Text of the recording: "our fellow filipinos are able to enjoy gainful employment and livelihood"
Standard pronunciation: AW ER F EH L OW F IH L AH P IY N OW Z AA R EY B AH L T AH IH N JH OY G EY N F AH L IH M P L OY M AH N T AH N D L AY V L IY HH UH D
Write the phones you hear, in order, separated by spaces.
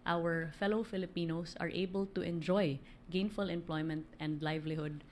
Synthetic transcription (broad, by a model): AW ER F EH L OW F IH L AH P IY N OW S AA R EY B AH L T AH IH N JH OY G EY N F AH L IH M P L OY M AH N T AH N D L AY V L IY HH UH D